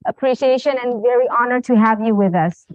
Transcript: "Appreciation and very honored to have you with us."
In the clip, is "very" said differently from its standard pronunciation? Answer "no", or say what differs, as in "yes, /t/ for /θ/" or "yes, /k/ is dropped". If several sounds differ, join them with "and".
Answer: no